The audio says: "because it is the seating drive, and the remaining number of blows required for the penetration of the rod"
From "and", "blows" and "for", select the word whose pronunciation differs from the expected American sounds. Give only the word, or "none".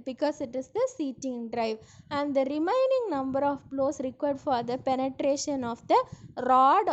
blows